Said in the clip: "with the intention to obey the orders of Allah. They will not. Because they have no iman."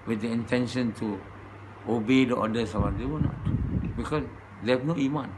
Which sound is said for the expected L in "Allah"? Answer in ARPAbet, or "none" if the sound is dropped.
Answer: W